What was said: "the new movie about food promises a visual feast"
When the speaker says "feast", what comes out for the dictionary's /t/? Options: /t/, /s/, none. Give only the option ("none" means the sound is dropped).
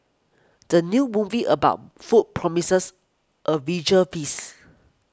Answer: none